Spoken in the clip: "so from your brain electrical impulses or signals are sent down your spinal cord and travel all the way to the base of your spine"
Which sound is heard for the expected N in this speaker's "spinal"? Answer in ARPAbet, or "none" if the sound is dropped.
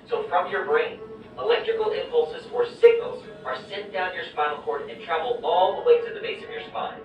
L